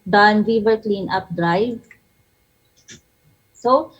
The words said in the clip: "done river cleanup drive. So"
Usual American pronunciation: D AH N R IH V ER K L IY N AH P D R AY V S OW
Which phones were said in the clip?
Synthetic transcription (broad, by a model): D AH N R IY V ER K L IY N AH P D R AY V S OW